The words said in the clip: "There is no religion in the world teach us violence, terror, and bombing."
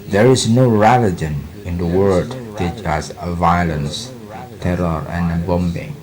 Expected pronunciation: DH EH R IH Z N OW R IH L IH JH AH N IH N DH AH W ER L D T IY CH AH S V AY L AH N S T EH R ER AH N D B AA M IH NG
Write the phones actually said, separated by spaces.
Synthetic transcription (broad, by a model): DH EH R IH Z N OW R IH L IH JH AH N IH N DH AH W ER D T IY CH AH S V AY L AH N S T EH R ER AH N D B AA M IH NG